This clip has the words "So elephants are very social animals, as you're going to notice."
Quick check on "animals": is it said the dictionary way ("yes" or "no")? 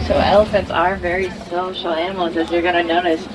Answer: no